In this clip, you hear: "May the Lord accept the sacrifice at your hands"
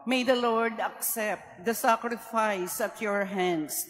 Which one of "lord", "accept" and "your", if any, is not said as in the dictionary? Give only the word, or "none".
none